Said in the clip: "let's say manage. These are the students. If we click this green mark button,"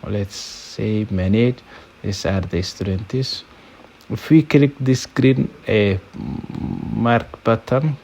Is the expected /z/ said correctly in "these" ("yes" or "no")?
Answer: no